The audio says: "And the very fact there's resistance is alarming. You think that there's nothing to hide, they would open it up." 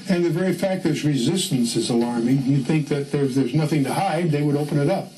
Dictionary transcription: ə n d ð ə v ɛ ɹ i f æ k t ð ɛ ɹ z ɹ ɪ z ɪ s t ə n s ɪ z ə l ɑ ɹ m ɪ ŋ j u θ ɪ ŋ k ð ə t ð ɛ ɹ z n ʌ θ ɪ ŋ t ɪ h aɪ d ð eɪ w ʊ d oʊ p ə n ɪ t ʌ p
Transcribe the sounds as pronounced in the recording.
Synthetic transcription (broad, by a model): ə n ð ə v ɛ ɹ i f æ k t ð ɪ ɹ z ɹ ɪ z ɪ s t ə n s ɪ z ə l ɑ ɹ m ɪ ŋ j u θ ɪ ŋ k ð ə t ð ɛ ɹ z n ʌ θ ɪ ŋ t ɪ h aɪ d ð eɪ w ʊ d oʊ p ə n ɪ t ʌ p